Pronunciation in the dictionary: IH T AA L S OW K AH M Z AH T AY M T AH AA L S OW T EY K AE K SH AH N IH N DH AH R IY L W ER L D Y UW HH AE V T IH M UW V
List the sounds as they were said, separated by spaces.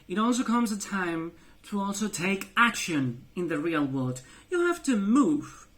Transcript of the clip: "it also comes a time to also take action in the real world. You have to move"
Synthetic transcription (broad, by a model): IH T AA L S OW K AH M Z AH T AY M T AH AA L S OW T EY K AE K SH AH N IH N DH AH R IY L W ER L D Y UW HH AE F T IH M UW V